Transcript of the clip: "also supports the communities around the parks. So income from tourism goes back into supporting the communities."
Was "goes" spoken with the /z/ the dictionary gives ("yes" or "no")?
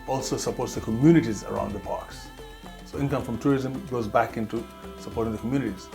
yes